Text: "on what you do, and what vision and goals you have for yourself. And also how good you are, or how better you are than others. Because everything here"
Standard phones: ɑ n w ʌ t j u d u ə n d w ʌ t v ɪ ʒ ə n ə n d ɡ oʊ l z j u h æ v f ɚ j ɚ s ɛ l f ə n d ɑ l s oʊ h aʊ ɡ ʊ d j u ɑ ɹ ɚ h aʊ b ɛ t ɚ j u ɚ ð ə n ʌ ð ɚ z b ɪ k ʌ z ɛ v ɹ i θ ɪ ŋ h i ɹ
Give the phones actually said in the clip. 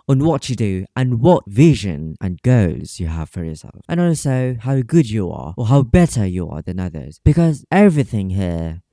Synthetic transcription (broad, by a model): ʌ n w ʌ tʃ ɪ d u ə n w ʌ t v ɪ ʒ ə n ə n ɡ oʊ z j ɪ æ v f ɚ j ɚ s ɛ l f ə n ɑ l s oʊ h aʊ ɡ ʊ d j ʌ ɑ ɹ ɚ h aʊ b ɛ t ɚ j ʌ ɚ ð ə n ʌ ð ɚ z b ɪ k ʌ z ɛ v ɹ i θ ɪ ŋ h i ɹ